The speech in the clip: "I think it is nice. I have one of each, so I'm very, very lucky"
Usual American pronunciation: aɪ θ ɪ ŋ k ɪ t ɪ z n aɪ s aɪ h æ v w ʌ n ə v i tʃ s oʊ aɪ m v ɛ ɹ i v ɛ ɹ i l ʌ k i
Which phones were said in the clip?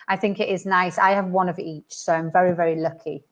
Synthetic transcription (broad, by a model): aɪ θ ɪ ŋ k ɪ t ɪ z n aɪ s aɪ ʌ v w ʌ n ə v i tʃ s oʊ aɪ m v ɛ ɹ i v ɛ ɹ i l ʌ k i